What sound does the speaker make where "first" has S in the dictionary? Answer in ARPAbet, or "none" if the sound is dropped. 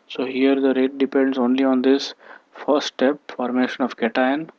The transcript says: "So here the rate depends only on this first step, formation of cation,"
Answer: none